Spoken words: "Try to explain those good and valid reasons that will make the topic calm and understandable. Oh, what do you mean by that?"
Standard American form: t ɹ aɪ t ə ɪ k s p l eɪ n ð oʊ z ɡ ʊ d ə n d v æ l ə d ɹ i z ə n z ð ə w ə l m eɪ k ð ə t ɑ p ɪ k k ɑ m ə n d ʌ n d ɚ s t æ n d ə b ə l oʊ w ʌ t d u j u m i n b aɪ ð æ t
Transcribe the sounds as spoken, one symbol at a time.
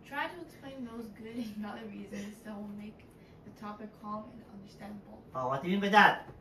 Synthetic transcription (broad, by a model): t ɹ aɪ t ə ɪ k s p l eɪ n ð oʊ z ɡ ʊ d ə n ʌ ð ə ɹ ɹ i z ə n z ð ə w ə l m eɪ k ð ə t ɑ p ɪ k k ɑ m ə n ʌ n d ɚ s t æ n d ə b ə l oʊ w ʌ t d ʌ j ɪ m i n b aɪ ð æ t